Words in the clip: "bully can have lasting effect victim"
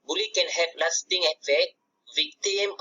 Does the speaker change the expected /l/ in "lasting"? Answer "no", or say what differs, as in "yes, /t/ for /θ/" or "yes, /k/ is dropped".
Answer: yes, /n/ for /l/